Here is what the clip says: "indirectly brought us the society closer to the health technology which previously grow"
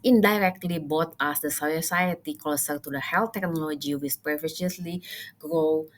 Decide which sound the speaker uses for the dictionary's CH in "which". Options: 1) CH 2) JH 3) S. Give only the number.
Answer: 3